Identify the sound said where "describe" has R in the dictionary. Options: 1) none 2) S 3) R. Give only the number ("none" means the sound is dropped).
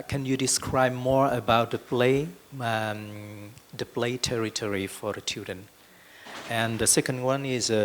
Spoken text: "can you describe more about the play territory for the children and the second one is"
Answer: 3